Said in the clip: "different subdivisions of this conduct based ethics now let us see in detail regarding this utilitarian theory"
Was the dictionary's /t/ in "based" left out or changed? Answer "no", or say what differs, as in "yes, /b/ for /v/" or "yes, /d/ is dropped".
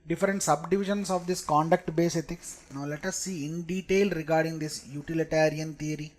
yes, /t/ is dropped